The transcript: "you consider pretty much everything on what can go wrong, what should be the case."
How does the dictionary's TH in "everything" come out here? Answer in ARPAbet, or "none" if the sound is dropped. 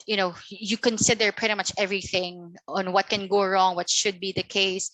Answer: TH